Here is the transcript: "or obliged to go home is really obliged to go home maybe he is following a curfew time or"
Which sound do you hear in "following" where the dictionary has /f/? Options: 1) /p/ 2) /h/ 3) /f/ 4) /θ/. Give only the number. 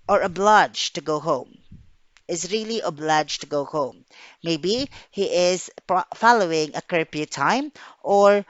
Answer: 3